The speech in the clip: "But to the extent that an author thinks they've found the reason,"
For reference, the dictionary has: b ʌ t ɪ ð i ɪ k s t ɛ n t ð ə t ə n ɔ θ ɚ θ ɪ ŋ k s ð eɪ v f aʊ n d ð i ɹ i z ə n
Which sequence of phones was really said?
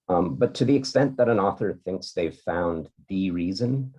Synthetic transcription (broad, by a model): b ʌ t ɪ ð i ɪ k s t ɛ n ð ə t ə n ɔ θ ɚ θ ɪ ŋ k s ð eɪ v f aʊ n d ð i ɹ i z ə n